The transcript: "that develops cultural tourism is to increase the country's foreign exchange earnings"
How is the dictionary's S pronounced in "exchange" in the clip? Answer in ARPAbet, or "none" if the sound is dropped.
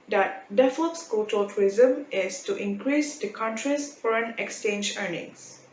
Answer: S